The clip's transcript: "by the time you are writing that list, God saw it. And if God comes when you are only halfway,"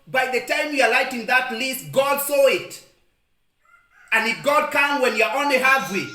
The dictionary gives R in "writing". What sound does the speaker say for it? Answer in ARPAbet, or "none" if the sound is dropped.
L